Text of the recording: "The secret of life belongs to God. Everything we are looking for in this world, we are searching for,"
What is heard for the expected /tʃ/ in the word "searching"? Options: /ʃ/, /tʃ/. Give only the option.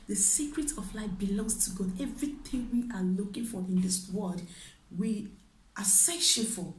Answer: /ʃ/